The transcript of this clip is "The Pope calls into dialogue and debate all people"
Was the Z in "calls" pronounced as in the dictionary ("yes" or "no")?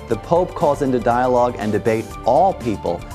yes